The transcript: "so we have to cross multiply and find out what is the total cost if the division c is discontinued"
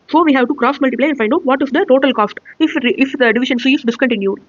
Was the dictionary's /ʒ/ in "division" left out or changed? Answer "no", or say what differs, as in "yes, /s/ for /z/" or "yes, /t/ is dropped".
yes, /ʃ/ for /ʒ/